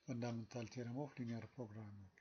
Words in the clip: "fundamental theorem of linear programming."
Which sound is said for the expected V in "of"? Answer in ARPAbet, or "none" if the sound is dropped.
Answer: F